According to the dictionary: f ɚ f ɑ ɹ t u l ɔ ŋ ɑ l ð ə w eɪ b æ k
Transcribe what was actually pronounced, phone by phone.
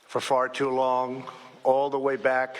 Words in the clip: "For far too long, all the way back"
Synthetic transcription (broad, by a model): f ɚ f ɑ ɹ t u l ɔ ŋ ɑ l ð ə w eɪ b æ k